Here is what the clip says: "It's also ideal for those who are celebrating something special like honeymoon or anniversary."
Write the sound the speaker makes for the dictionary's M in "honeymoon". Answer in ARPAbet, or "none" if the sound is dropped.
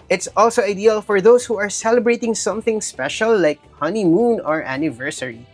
M